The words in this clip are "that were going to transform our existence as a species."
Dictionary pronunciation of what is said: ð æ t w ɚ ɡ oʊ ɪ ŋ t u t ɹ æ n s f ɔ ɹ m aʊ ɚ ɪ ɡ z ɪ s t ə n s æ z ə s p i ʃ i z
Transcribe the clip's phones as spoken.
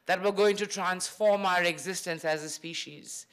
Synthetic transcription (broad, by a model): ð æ t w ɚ ɡ oʊ ɪ ŋ t u t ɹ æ n s f ɔ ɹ m aʊ ɚ ɪ ɡ z ɪ s t ə n s æ z ə s p i ʃ i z